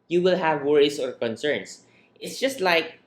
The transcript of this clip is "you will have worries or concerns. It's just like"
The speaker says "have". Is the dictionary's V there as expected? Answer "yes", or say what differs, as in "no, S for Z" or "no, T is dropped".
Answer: yes